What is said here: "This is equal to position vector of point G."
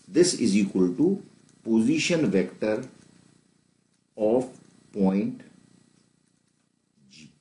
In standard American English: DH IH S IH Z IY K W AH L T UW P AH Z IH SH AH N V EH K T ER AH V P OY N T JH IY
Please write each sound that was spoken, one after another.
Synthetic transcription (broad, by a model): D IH S IH Z IY K W AH L T UW P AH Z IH SH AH N V EH K T ER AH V P OY N T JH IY